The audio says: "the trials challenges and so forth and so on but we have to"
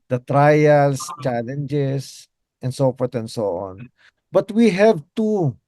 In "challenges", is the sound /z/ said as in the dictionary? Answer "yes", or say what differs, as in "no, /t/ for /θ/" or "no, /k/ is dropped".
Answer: no, /s/ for /z/